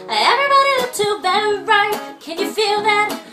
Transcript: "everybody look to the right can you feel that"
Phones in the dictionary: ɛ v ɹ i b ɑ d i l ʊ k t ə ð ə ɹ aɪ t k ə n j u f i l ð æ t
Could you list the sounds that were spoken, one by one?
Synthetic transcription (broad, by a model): ɛ v ɹ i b ɑ d i w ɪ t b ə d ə ɹ aɪ t k ə n j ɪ f i l ð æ t